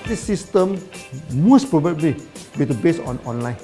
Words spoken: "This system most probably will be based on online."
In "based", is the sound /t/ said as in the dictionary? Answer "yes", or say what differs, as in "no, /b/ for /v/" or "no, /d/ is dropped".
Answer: no, /t/ is dropped